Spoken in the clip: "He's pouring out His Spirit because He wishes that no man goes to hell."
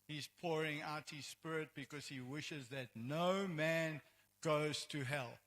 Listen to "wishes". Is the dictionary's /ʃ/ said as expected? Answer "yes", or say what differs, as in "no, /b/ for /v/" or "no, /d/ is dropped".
yes